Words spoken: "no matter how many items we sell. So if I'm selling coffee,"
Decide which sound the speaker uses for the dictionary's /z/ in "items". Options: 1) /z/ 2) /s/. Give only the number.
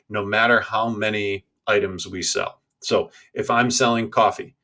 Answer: 1